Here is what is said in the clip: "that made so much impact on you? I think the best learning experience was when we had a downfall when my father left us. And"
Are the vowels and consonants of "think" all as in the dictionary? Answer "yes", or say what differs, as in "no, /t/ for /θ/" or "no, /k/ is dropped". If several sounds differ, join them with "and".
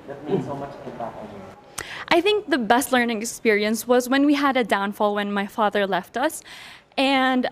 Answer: yes